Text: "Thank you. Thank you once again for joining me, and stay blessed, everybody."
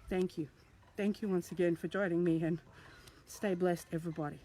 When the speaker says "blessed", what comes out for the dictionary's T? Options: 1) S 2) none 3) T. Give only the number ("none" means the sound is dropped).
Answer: 3